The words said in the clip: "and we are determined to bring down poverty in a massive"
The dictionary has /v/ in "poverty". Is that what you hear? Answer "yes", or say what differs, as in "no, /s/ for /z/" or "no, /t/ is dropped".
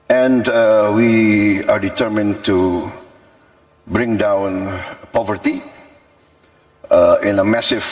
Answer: yes